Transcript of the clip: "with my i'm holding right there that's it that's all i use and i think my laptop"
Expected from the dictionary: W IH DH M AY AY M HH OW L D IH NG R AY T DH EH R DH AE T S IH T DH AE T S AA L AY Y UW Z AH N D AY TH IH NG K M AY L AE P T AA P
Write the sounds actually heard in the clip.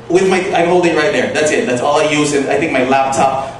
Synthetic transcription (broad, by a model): W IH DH M AY AY M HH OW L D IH R AY T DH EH R DH AE T S IH T DH AE T S AA L AY Y UW Z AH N AY TH IH NG K M AY L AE P T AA P